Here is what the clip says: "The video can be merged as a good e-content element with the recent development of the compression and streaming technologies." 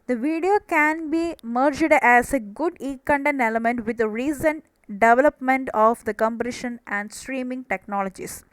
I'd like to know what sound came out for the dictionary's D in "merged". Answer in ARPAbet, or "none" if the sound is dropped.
D